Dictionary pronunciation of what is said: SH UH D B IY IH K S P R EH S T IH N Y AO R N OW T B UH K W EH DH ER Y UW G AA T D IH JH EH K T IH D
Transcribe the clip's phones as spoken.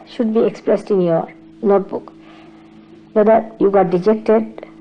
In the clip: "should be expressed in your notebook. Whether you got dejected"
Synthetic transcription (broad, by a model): SH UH D B IY IH K S P R EH S T IH N Y AO R N OW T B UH K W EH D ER Y UW G AA T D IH JH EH K T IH D